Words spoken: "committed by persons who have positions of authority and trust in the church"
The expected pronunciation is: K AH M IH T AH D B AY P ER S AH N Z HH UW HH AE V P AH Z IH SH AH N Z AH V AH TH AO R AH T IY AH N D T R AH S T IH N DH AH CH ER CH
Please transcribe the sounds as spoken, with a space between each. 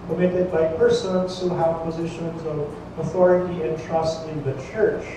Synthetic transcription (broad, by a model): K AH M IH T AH D B AY P ER S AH N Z HH UW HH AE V P AH Z IH SH AH N Z AH V AH TH AO R AH T IY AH N T R AH S T IH N DH AH CH ER CH